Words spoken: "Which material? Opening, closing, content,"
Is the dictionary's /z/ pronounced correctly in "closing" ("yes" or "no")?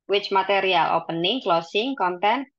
no